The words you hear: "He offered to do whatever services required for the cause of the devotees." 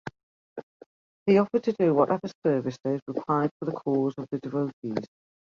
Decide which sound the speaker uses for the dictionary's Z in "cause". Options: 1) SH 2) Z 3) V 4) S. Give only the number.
2